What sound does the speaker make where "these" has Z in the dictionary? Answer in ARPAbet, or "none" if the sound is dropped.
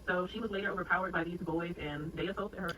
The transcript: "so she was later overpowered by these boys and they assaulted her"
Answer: Z